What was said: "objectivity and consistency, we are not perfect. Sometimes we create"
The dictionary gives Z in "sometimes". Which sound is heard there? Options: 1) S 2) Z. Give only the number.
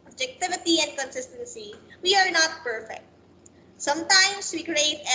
1